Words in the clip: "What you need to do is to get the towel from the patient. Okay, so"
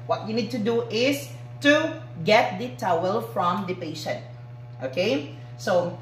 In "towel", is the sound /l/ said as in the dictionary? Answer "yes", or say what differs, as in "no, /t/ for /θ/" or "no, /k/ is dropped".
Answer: yes